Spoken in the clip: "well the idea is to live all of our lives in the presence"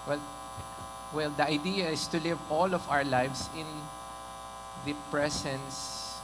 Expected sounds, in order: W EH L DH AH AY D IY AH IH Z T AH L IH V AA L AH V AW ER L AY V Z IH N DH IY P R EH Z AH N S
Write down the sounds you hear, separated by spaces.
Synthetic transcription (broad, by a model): W EH L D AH AY D IY AH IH S T AH L IH V AA L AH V AW ER L AY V S IH N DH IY P R EH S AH N S